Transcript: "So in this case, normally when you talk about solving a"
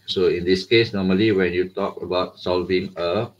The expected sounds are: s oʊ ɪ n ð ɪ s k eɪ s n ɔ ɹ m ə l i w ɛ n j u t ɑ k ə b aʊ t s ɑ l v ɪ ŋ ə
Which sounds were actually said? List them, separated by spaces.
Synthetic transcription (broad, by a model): s oʊ ɪ n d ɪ s k eɪ s n ɔ m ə l i w ɛ n j u t ɑ k ə b aʊ t s ɑ l v ɪ ŋ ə